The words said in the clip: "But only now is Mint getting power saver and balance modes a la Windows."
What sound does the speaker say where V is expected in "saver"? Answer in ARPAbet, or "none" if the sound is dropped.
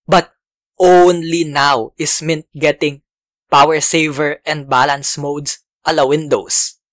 V